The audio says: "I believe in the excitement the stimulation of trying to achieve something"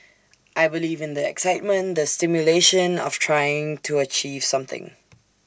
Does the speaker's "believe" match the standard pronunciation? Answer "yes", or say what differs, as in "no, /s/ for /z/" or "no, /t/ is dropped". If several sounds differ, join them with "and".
yes